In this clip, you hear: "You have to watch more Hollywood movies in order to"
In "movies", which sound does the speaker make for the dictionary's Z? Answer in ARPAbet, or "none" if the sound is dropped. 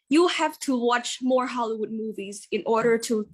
Z